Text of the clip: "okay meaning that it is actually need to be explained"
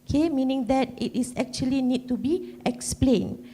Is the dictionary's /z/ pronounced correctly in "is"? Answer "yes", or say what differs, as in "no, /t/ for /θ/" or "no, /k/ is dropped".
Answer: no, /s/ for /z/